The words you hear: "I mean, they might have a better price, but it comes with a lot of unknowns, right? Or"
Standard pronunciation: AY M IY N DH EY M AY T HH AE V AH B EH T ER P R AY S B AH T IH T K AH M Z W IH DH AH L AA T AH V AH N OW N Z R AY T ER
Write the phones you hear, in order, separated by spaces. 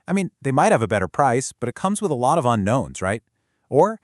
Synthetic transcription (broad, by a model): AY M IY N DH EY M AY T HH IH V AH B EH T ER P R AY S B AH T IH T K AH M Z W IH DH AH L AA T AH V AH N OW N Z R AY T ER